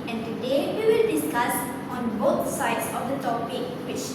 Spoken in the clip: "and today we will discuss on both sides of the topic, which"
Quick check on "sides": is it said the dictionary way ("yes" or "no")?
no